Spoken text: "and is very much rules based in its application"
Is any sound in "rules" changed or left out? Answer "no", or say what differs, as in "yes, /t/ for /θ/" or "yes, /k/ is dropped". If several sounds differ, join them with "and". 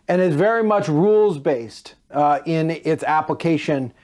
no